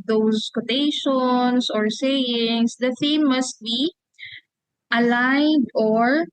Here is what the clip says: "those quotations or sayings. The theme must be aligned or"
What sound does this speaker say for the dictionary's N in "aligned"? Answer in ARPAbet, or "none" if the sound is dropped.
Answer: none